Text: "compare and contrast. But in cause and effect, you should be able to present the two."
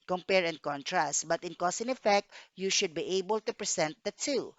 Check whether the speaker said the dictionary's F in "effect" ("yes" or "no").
yes